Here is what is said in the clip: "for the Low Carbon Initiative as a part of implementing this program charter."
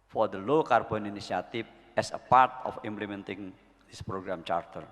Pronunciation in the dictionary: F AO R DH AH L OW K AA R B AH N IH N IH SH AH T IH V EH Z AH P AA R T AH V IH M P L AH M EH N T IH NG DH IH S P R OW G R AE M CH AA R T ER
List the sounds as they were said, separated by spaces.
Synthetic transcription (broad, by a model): F AO R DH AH L OW K AA R B AH N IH N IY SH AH T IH F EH S AH P AA R T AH F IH M P L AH M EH N T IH NG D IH S P R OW G R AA M CH AA R T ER